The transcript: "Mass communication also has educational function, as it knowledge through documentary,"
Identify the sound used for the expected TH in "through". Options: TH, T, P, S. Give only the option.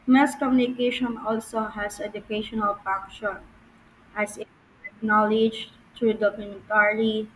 T